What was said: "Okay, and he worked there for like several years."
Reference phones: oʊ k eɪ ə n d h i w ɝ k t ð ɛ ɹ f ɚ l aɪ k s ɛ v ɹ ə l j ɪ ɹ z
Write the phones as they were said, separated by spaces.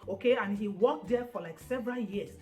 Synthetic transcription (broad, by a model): oʊ k eɪ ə n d h i w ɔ k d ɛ f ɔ l aɪ k s ɛ v ɹ ə l j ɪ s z